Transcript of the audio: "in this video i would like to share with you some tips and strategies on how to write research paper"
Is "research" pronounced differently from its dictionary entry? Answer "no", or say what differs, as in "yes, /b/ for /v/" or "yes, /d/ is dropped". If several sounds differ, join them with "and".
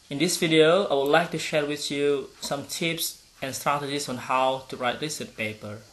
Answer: yes, /l/ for /ɹ/